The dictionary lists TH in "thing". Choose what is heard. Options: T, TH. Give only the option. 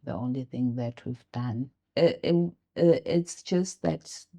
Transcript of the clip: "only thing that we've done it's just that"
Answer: TH